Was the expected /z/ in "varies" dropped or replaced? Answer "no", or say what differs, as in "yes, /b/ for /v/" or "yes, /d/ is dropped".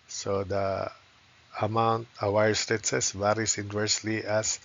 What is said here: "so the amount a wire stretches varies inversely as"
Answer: yes, /s/ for /z/